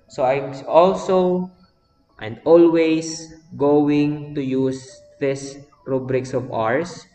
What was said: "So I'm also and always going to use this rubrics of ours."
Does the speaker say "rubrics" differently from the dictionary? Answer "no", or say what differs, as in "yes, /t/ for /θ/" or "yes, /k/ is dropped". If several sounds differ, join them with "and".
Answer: no